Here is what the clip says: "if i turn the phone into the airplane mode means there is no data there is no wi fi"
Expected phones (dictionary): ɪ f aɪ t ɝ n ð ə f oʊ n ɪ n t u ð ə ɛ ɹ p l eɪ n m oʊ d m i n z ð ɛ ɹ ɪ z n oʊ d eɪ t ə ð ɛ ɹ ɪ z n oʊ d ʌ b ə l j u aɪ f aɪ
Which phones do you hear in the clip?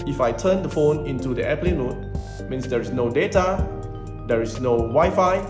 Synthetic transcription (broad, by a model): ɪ f aɪ t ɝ n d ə f oʊ n ɪ n t u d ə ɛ p l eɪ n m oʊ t m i n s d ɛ ɹ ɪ s n oʊ d eɪ t ə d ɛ ɹ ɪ s n oʊ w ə j f aɪ